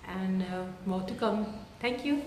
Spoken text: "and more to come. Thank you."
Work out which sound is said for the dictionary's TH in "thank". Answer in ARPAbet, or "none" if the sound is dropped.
T